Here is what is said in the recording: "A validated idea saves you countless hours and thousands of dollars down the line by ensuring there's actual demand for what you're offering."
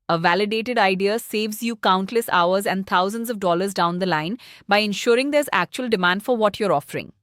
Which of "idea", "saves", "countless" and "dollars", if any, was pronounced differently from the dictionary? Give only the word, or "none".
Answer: none